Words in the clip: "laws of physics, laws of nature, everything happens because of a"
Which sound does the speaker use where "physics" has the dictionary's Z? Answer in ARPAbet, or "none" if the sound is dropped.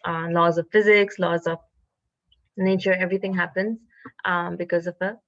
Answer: Z